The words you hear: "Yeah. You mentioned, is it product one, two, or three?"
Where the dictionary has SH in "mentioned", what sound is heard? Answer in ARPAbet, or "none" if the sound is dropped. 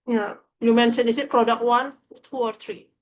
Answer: S